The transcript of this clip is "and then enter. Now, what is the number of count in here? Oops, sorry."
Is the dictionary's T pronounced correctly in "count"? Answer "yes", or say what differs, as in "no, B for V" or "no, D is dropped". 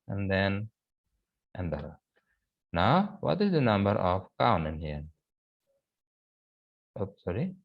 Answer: no, T is dropped